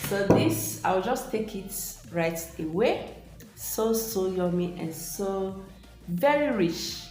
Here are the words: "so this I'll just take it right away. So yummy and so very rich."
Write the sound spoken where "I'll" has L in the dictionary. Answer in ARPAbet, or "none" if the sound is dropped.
W